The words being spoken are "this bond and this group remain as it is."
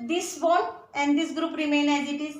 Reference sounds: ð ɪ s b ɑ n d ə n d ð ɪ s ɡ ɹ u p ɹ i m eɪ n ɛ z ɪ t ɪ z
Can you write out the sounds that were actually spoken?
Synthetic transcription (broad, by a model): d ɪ s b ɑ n ə n d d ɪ s ɡ ɹ u p ɹ i m eɪ n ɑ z ɪ t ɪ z